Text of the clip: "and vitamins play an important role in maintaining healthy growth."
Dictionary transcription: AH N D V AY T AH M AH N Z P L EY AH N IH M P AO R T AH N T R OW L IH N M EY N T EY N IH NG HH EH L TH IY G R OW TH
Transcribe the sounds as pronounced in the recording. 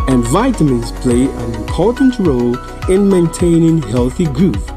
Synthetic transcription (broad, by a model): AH N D V AY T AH M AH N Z P L EY AH N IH M P AO R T N T R OW L IH N M EY N T EY N IH NG HH EH L TH IY G R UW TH